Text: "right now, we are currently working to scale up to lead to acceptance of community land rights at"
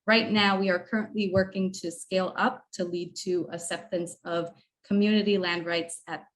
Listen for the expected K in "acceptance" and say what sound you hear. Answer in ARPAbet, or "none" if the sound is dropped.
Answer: none